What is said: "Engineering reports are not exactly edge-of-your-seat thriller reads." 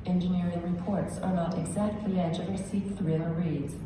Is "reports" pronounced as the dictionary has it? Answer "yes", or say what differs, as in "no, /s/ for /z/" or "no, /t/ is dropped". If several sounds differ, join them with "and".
yes